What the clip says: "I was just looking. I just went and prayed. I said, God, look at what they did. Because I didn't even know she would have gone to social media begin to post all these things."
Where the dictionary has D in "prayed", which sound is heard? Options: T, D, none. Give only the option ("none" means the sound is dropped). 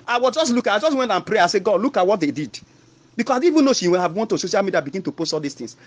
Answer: none